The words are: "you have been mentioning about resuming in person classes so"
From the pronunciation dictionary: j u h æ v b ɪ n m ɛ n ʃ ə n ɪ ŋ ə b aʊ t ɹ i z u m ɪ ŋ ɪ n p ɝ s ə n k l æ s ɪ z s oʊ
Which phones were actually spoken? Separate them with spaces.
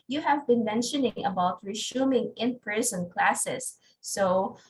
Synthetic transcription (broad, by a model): j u h æ v b ɪ n m ɛ n ʃ ə n ɪ ŋ ə b aʊ t ɹ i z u m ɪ ŋ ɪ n p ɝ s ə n k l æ s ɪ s oʊ